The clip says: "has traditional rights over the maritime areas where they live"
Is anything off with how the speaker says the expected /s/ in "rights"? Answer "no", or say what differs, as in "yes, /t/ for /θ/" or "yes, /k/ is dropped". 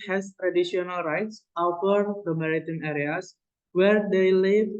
no